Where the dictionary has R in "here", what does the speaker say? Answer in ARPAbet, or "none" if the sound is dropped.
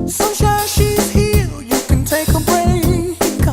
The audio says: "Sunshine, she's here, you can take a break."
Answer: L